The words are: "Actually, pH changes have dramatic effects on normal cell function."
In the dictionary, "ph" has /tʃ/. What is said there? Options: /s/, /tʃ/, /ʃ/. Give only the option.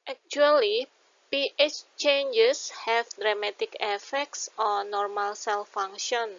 /tʃ/